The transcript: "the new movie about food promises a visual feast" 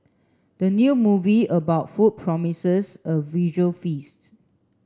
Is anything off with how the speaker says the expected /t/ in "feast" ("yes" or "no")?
no